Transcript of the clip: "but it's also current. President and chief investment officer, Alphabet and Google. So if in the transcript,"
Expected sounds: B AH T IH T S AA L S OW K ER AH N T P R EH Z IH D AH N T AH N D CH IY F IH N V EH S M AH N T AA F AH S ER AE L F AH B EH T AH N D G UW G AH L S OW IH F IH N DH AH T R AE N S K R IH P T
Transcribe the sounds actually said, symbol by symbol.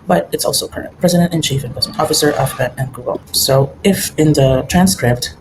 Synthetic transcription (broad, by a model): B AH T IH T S AA L S OW K ER AH N T P R EH Z IH D AH N T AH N CH IY F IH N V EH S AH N AA F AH S ER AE F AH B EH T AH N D G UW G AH L S OW IH F IH N DH AH T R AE N S K R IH P T